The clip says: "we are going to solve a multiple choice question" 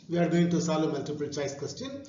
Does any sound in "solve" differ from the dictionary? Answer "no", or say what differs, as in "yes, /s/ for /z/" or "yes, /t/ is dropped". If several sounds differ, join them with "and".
yes, /v/ is dropped